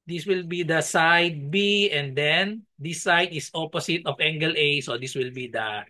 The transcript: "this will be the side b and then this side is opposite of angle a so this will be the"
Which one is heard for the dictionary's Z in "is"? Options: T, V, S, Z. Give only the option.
S